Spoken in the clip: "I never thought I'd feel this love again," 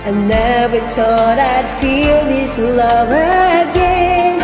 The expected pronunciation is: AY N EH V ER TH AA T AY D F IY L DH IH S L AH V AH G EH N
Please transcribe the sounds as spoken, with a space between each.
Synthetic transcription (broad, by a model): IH N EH B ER S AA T AY D F IY L DH IH S L AH V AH G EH N